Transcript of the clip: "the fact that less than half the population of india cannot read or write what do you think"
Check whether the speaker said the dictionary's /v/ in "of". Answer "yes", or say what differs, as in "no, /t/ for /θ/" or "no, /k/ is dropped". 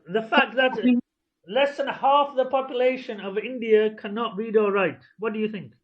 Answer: yes